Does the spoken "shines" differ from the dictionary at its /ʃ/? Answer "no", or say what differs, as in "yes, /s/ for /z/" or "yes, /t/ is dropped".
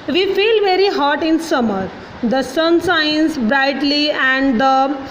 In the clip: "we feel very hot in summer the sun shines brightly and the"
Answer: yes, /s/ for /ʃ/